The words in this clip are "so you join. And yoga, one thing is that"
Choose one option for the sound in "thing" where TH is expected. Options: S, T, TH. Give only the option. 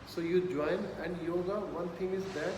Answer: T